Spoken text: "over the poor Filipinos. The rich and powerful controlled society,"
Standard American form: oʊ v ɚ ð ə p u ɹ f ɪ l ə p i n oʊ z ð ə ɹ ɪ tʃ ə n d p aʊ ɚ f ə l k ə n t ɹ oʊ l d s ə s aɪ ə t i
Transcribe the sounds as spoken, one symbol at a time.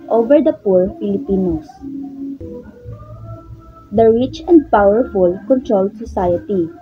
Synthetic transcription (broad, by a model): oʊ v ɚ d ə p u ɹ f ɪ l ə p i n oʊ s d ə ɹ ɪ tʃ ə n d p aʊ ɚ f ə l k ə n t ɹ oʊ l d s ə s aɪ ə t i